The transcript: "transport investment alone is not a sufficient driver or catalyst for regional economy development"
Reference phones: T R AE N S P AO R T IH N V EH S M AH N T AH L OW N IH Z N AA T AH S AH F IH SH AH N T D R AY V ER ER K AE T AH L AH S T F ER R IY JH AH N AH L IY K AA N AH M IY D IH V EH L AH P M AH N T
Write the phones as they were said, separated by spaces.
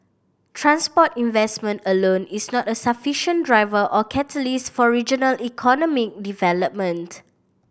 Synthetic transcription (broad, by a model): T R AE N S P AO T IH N V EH S M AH N T AH L OW N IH S N AA T AH S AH F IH SH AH N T D R AY V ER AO K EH T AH L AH S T F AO R IY JH AH N AH L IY K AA N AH M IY D IH V EH L AH P M AH N T